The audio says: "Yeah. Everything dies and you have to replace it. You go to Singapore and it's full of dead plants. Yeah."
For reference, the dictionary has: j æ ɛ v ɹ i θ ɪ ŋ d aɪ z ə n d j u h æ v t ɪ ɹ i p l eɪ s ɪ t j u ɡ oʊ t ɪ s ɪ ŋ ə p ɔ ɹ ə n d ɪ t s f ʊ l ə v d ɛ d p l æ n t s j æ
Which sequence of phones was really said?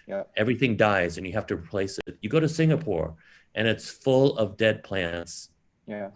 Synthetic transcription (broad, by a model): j ɛ v ɹ i θ ɪ ŋ d aɪ z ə n j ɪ h æ f t ɪ ɹ i p l eɪ s ɪ t j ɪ ɡ oʊ t ɪ s ɪ ŋ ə p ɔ ɹ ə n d ɪ t s f ʊ l ə v d ɛ d p l æ n t s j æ